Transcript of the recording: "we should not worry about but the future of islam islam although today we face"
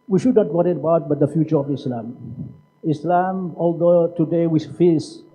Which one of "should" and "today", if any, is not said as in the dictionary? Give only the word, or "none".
none